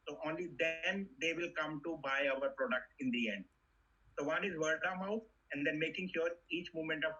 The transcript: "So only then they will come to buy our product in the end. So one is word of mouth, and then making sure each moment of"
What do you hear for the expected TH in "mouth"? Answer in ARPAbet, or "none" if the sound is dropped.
F